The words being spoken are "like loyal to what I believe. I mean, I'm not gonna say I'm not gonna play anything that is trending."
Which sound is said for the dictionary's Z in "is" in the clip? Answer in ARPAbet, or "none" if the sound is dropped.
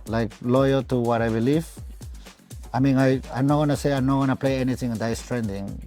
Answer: S